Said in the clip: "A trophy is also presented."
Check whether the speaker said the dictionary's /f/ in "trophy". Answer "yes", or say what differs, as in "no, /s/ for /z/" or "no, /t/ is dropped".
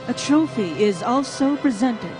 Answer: yes